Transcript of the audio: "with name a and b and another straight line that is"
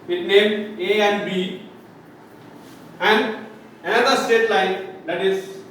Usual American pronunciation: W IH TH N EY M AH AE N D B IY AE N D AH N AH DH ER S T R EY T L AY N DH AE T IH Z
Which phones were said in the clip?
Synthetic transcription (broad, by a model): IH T N EY M AH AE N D B IY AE N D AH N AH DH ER S T EY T L AY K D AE T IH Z